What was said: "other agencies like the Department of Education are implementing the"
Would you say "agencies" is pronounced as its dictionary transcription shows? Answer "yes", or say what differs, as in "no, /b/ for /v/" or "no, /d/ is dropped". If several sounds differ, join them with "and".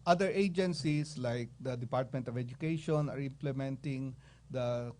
no, /s/ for /z/